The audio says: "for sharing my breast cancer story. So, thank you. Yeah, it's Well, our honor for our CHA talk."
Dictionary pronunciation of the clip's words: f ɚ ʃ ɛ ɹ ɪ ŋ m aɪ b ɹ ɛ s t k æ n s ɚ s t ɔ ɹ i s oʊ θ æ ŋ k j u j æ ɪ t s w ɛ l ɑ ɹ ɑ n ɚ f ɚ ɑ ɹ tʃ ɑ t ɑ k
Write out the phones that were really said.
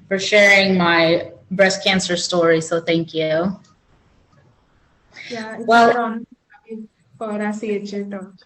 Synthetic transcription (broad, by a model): f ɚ ʃ ɛ ɹ ɪ ŋ m aɪ b ɹ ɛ s k æ n s ɚ s t ɔ ɹ i s oʊ θ æ ŋ k j u j æ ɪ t w ɛ l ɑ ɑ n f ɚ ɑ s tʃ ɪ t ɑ